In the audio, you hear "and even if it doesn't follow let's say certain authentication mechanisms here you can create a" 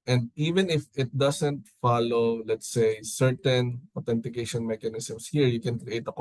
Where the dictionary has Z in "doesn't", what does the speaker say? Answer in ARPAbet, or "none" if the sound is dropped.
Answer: S